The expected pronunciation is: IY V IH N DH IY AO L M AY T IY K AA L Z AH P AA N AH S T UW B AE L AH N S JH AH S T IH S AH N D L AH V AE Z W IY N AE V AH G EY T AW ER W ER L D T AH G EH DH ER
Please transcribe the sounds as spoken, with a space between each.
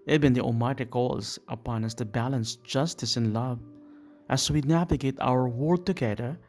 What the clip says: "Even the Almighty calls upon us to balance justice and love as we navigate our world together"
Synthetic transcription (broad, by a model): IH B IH N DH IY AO M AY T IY K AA L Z AH P AA N AH S T UW B AE L AH N S JH AH S T IH S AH N L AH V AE S W IY N AE V AH G EY T AW ER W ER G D T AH G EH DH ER